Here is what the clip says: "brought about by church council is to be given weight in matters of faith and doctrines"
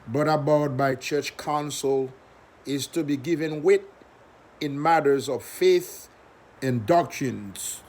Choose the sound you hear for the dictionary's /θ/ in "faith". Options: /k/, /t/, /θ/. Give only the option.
/θ/